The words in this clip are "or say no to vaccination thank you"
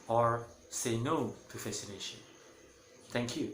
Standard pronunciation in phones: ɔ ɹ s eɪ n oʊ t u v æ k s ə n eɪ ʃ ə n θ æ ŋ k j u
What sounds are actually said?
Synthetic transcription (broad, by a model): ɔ ɹ s eɪ n oʊ t u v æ s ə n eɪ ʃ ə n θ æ ŋ k j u